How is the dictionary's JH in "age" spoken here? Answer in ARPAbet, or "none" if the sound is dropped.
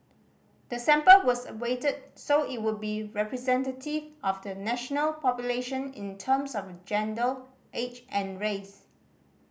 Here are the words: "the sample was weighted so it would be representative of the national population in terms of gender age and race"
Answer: CH